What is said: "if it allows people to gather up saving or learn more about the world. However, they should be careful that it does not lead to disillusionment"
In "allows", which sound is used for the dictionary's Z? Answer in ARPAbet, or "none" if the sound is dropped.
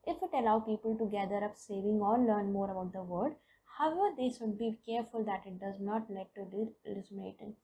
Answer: none